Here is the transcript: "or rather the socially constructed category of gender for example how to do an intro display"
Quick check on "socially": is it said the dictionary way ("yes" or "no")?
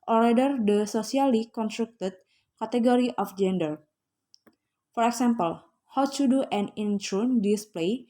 no